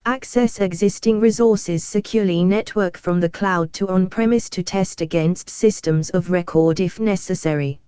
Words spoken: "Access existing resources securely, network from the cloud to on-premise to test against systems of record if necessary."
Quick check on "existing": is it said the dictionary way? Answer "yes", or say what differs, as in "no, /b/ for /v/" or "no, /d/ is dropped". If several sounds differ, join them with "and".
yes